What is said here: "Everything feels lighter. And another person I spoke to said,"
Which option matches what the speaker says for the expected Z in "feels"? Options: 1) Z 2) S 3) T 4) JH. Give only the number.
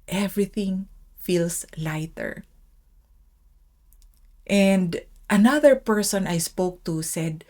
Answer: 2